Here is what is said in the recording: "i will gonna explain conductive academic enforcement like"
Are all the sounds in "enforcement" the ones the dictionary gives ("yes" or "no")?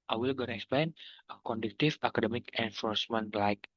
yes